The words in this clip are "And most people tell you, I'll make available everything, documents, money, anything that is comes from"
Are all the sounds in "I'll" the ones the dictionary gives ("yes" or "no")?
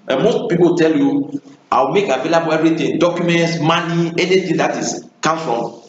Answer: no